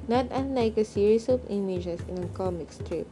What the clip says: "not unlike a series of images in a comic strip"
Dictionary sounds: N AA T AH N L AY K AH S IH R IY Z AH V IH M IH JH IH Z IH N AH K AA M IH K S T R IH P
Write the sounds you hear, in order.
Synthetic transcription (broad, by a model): N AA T AH N L AY K AH S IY R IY S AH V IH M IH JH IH S IH N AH K AA M IH K S T R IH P